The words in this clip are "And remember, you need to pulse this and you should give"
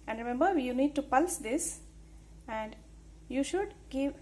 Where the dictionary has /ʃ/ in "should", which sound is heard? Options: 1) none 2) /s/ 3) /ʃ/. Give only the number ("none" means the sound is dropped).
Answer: 3